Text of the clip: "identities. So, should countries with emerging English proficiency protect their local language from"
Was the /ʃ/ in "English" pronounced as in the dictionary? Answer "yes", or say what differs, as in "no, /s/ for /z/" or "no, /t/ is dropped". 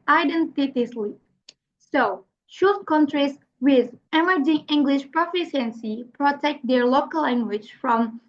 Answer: yes